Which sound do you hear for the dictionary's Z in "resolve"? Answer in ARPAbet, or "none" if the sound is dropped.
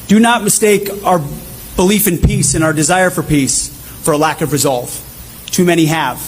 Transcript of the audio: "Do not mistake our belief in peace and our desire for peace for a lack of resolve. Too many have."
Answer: Z